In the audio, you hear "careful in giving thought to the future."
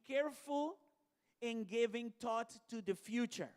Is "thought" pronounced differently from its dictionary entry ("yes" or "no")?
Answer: yes